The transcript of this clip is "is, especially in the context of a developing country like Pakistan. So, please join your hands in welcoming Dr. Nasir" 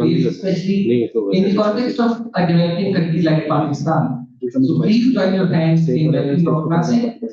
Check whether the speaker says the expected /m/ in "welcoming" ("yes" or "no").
no